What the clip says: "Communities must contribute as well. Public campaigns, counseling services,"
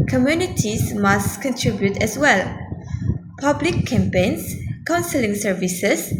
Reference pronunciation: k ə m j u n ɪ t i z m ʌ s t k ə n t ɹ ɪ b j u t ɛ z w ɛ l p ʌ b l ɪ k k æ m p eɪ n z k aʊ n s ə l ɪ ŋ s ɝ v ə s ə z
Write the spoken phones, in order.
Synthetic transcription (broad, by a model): k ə m j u n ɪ t i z m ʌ s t k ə n t ɹ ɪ b j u t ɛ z w ɛ l p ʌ b l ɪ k k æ m p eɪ n s k aʊ n s ə l ɪ ŋ s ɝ v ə s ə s